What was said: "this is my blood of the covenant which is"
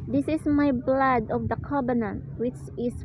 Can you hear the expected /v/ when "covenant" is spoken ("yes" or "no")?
no